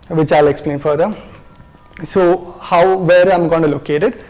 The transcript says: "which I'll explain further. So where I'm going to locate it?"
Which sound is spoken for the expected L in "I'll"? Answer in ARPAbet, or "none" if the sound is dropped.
L